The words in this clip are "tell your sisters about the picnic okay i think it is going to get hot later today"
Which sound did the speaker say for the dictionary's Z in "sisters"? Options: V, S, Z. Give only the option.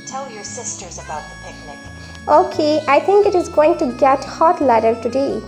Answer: Z